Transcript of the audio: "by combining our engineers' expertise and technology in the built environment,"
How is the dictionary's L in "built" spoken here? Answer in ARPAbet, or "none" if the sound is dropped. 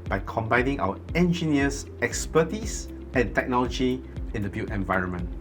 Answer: none